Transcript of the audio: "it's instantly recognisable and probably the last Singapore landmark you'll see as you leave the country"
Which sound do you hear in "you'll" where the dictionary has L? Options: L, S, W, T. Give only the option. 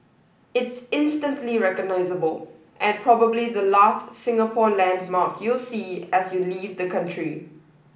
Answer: L